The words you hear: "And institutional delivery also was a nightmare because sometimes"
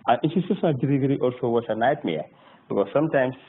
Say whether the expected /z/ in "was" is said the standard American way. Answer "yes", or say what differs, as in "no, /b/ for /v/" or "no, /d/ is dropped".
no, /s/ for /z/